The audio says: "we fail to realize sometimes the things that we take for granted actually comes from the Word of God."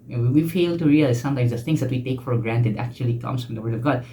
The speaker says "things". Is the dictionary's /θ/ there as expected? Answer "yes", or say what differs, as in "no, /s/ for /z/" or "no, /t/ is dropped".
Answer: no, /t/ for /θ/